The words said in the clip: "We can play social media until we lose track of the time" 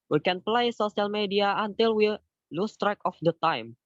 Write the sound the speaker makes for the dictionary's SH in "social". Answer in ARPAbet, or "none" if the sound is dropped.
S